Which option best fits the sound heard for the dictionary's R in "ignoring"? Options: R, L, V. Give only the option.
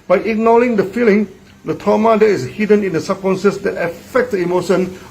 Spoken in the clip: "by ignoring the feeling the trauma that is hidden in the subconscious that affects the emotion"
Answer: L